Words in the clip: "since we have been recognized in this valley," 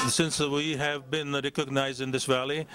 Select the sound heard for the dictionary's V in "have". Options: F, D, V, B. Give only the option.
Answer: V